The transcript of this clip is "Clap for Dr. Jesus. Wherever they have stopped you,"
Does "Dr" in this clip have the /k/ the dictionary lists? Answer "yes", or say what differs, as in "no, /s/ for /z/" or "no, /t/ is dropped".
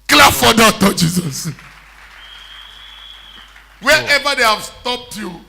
no, /k/ is dropped